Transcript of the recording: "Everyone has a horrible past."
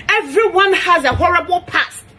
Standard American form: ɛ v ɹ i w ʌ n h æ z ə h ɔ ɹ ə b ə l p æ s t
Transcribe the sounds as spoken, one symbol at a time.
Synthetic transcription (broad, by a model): ɛ v ɹ i w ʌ n h æ z ə h ɔ ɹ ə b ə l p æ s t